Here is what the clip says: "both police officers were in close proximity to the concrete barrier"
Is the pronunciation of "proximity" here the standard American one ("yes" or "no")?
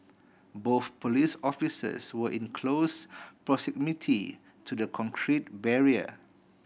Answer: no